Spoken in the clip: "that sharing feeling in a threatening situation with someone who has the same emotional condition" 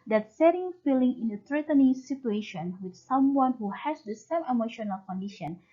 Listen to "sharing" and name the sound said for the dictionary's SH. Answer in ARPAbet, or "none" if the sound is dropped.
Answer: S